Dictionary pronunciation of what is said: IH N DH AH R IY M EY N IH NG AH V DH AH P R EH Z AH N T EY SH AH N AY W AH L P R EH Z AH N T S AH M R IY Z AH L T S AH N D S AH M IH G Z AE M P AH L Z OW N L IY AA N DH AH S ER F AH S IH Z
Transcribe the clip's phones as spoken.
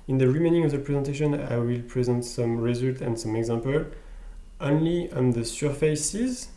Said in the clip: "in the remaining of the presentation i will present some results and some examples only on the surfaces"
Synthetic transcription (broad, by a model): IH N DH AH R IY M EY N IH NG AH V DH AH P R EH Z AH N T EY SH AH N AY W AH L P R EH Z AH N T S AH M R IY Z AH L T AH N D S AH M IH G Z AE M P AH L OW N L IY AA N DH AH S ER F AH S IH Z